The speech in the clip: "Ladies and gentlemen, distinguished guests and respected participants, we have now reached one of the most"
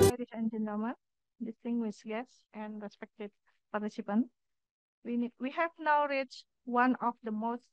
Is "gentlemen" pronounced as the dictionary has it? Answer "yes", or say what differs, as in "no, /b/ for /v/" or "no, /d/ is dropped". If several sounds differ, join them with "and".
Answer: no, /l/ is dropped